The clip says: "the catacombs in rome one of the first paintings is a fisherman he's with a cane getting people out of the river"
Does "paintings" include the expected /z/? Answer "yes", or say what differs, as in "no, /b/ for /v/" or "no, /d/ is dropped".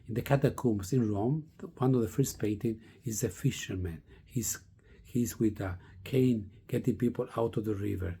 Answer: no, /z/ is dropped